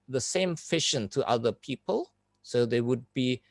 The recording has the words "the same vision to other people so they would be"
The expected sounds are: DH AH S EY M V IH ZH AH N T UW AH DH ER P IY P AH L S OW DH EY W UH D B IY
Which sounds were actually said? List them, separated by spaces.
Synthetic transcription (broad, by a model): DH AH S EY M F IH SH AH N T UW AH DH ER P IY P AH L S OW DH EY W UH D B IY